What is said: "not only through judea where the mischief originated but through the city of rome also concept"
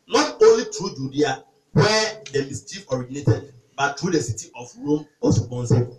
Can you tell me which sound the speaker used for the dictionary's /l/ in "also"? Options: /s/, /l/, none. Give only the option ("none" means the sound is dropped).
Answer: none